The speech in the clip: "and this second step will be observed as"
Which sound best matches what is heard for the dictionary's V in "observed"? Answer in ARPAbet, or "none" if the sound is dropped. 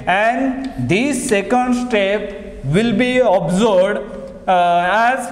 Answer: B